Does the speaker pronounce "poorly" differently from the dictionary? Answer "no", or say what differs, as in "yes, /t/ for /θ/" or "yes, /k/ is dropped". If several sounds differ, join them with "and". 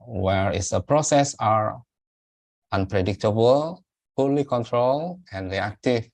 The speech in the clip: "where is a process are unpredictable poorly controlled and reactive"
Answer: yes, /f/ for /p/